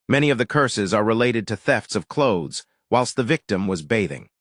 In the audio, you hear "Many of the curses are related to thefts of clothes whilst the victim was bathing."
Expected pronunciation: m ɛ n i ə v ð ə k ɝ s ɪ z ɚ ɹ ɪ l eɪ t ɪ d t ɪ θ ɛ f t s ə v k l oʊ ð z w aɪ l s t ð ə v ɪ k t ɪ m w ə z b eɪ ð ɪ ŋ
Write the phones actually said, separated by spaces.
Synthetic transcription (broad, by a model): m ɛ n i ə v ð ə k ɝ s ɪ z ɚ ɹ ɪ l eɪ t ɪ d t ɪ θ ɛ f t s ə v k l oʊ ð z w aɪ l s t ð ə v ɪ k t ɪ m w ə z b eɪ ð ɪ ŋ